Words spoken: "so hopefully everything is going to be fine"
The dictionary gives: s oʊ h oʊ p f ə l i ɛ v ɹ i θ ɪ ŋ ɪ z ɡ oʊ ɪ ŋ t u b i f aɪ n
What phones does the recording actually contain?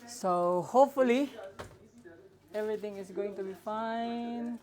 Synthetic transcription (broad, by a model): s oʊ h oʊ p f ə l i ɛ v ɹ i t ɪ ŋ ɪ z ɡ oʊ ɪ ŋ t u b i f aɪ n